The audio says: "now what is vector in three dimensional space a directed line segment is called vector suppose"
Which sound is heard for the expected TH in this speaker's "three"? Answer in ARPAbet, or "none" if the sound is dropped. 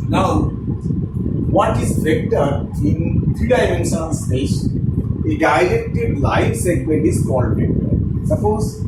F